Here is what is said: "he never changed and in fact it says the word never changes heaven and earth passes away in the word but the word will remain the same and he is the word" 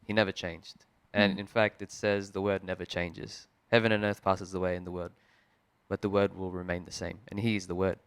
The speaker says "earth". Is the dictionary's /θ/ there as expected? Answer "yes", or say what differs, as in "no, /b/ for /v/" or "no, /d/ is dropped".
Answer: yes